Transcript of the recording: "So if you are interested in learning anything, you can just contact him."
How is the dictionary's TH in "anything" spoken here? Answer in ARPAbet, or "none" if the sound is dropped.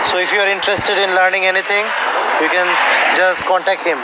T